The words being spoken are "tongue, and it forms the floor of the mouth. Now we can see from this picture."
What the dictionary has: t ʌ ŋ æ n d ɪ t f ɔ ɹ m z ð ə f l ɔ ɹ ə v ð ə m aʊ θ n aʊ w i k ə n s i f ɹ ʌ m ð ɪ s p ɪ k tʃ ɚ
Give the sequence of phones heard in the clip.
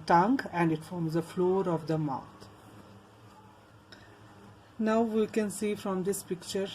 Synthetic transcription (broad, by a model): t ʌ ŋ æ n d ɪ t f ɔ ɹ m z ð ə f l ɔ ɹ ə v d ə m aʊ t n aʊ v i k ə n s i f ɹ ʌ m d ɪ s p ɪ k tʃ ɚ